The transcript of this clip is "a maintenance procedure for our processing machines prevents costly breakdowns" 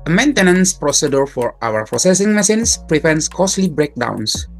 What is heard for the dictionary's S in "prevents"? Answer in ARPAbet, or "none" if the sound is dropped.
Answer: S